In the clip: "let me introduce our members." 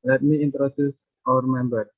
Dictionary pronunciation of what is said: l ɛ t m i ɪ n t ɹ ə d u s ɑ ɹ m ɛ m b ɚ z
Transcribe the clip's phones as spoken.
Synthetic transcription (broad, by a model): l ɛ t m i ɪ n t ɹ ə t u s ɑ ɹ m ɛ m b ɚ